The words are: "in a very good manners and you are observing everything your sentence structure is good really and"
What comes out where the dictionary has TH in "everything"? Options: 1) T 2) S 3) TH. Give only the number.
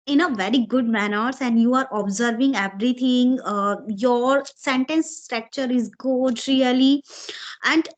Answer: 1